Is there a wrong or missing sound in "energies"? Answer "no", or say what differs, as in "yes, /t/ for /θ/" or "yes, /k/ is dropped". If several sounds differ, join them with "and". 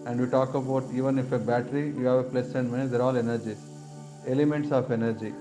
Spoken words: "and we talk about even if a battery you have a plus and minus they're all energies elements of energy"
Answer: yes, /z/ is dropped